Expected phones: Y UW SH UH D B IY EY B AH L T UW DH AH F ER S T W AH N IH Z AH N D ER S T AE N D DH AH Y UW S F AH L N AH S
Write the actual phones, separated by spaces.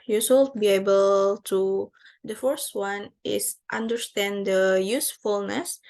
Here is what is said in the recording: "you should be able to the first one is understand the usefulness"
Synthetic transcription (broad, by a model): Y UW S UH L B IY EY B AH L T UW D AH F ER S T W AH N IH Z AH N D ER S T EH N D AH Y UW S F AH L N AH S